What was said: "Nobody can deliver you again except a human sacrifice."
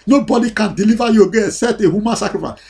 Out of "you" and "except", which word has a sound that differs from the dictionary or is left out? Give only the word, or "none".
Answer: except